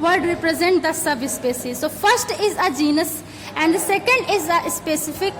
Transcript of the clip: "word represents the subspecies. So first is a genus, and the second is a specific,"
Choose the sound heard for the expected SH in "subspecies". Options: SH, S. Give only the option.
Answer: S